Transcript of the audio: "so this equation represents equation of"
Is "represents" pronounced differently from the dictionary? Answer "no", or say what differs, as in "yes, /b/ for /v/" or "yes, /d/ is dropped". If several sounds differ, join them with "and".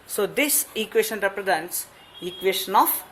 no